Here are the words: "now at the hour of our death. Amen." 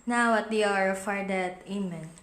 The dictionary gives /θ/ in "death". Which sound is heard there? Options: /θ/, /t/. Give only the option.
/t/